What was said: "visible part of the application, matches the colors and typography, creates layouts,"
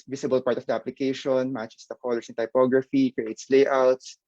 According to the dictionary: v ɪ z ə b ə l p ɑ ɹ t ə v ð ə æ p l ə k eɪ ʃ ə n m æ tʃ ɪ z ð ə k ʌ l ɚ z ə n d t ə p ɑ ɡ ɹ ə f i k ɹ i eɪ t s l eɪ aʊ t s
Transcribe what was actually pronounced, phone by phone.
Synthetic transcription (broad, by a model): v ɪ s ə b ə l p ɑ ɹ t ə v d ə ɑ p l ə k eɪ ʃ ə n m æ tʃ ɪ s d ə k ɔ l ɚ s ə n t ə p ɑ ɡ ɹ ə f i k ɹ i eɪ t s l eɪ aʊ t s